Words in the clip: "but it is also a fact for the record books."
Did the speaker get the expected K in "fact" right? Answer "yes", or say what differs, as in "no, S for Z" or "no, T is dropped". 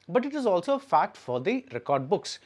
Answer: no, K is dropped